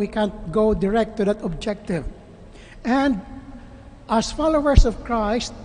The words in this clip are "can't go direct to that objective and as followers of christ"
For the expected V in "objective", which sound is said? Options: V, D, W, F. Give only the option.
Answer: V